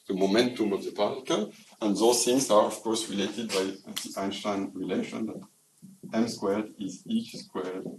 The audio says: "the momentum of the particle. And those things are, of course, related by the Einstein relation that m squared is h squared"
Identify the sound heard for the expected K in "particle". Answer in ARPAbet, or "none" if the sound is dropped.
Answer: none